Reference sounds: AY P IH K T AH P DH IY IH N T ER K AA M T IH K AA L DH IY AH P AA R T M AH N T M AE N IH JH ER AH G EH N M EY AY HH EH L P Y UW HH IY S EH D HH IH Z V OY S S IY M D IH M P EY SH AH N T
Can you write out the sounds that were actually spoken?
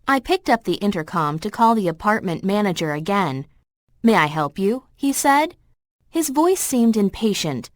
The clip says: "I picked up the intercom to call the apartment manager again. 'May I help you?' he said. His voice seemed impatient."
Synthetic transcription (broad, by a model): AY P IH K T AH P DH IY IH N T ER K AA M T IH K AA L DH IY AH P AA R T M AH N M AE N IH JH ER AH G EH N M EY AY HH EH L P Y UW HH IY S EH D HH IH Z V OY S S IY M D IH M P EY SH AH N T